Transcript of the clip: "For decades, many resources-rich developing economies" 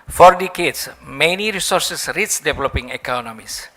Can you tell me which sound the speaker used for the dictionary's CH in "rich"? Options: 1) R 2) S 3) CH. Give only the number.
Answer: 2